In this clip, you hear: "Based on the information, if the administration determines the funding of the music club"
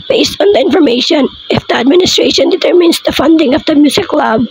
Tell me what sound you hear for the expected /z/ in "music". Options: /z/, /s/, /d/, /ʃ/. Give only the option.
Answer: /s/